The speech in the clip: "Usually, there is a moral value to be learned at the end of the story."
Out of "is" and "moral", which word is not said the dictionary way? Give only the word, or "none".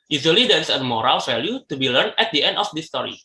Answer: is